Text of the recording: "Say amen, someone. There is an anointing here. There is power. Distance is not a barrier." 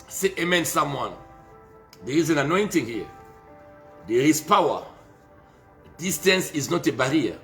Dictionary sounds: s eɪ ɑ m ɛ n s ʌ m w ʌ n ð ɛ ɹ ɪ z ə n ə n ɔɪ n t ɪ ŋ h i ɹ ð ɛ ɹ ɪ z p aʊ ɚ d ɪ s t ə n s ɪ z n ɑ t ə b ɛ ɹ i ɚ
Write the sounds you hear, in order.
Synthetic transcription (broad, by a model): s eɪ ɑ m ɛ n s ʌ m w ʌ n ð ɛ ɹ ɪ z ə n ə n ɔɪ n t ɪ ŋ h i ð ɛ ɹ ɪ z p aʊ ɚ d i s t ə n s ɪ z n ɑ t ə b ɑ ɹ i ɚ